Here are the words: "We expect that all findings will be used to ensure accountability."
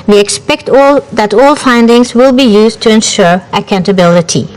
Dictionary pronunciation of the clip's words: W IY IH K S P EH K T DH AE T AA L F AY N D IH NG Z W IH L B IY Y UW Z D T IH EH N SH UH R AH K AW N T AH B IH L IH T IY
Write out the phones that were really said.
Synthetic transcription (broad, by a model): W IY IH K S P EH K T DH AE T AA L F AY N D IH NG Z W IH L B IY Y UW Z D T IH EH N SH UH R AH K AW N T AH B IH L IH T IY